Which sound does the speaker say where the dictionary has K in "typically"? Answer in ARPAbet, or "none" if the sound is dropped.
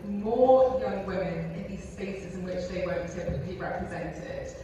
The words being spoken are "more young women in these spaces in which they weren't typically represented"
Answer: none